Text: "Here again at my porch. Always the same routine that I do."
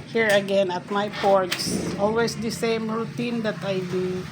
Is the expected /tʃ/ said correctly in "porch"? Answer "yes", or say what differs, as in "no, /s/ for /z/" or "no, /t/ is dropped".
no, /s/ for /tʃ/